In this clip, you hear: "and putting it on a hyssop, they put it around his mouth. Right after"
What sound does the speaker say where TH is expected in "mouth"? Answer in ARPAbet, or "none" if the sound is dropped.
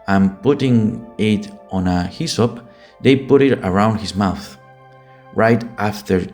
TH